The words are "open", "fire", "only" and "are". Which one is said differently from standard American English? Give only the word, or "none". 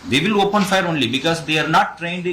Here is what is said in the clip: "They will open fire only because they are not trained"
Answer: none